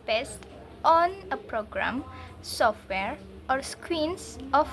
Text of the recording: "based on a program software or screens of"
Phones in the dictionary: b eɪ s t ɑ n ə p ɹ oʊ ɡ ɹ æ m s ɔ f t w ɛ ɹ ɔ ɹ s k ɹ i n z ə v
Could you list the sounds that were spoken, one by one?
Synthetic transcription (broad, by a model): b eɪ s t ɑ n ə p ɹ oʊ ɡ ɹ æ m s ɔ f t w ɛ ɹ ɔ ɹ s k w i n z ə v